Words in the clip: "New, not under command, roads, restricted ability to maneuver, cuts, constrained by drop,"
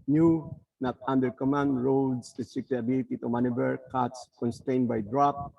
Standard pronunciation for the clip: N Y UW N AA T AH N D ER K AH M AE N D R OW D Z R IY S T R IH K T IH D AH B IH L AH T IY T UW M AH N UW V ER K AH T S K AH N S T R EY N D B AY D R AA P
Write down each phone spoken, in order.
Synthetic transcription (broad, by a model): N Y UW N AA T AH N D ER K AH M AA N D R OW D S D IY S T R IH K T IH AH B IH L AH T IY T UW M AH N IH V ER K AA T S K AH N S T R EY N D B AY D R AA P